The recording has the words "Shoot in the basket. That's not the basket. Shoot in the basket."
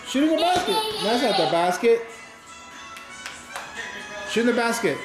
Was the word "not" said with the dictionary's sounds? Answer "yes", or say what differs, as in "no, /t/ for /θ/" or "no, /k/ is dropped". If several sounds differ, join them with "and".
no, /l/ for /n/